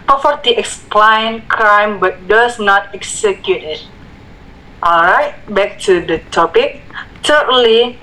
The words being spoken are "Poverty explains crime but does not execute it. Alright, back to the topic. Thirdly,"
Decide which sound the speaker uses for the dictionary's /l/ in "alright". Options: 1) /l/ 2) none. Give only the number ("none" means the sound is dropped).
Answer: 1